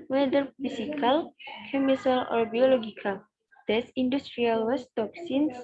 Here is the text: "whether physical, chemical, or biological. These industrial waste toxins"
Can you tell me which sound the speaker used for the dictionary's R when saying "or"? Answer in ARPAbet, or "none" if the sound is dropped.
R